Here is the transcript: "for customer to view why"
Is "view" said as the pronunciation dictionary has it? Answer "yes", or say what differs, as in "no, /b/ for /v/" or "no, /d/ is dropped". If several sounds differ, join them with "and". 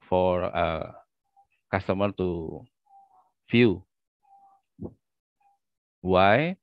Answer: no, /f/ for /v/